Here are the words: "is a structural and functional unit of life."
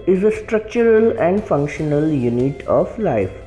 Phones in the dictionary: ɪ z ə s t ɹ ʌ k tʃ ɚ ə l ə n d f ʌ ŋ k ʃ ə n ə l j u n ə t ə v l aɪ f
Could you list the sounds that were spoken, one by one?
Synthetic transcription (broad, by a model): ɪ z ə s t ɹ ʌ k tʃ ɚ ə l ə n d f ʌ ŋ k ʃ ə n ə l j u n ə t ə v l aɪ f